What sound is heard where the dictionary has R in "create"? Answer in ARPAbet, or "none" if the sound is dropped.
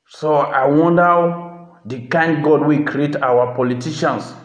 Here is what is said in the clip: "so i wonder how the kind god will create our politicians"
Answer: R